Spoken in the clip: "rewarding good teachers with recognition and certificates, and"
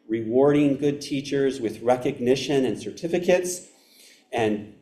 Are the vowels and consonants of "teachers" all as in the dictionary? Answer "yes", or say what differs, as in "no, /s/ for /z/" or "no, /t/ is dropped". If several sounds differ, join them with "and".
yes